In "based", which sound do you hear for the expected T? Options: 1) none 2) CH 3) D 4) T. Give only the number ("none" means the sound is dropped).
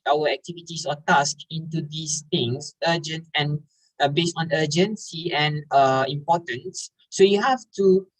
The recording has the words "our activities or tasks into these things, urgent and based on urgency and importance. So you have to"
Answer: 4